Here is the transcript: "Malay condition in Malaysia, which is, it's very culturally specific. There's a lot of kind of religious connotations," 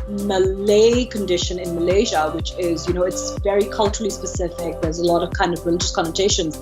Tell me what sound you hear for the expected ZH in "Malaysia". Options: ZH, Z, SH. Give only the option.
ZH